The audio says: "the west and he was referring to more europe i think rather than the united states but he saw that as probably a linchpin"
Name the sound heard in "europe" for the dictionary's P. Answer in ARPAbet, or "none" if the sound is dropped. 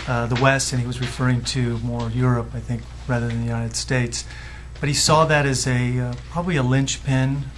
P